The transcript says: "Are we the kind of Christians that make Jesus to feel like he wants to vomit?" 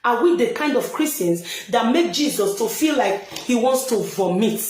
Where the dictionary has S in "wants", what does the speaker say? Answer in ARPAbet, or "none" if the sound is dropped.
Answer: S